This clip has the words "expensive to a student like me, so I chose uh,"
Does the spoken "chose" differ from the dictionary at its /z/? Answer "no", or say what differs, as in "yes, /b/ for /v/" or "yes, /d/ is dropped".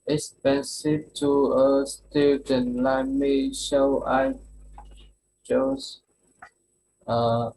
yes, /s/ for /z/